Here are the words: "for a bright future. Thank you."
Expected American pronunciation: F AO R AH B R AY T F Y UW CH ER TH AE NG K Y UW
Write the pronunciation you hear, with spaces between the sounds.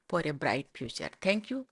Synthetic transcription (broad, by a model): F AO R AH B R AY T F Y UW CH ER T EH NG K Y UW